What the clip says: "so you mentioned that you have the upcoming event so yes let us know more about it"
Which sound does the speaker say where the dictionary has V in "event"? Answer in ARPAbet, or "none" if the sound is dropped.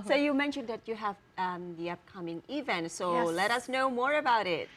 V